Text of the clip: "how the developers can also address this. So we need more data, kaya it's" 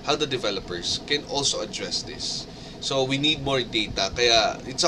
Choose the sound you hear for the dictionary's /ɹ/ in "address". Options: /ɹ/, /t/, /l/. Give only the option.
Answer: /ɹ/